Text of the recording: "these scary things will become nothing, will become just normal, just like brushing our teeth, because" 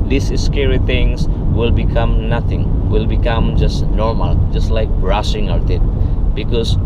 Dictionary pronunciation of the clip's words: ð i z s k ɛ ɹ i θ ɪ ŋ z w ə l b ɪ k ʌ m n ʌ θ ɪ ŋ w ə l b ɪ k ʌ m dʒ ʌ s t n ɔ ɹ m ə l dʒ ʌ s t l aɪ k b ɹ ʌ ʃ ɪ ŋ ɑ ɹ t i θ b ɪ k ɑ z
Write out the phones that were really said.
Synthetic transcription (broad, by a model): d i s s k ɛ ɹ i t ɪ ŋ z w ə l b ɪ k ʌ m n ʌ t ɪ ŋ w ə l b ɪ k ʌ m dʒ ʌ s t n ɔ ɹ m ə l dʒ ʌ s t l aɪ k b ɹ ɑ s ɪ ŋ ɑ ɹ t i t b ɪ k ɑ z